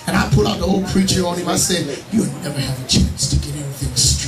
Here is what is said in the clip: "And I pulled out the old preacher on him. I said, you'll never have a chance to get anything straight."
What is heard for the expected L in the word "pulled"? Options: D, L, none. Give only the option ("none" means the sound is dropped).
none